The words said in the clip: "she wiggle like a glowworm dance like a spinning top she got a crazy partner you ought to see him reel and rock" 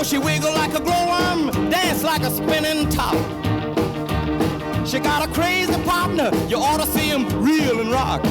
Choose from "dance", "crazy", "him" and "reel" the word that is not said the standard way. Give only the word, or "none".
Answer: none